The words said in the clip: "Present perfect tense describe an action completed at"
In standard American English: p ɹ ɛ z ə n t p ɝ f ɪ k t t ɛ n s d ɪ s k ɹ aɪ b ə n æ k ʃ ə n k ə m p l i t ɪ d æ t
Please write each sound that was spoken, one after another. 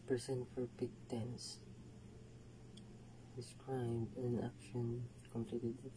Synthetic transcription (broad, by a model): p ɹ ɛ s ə n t f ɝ p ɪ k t t ɛ n s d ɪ s k ɹ aɪ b ə n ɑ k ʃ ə n k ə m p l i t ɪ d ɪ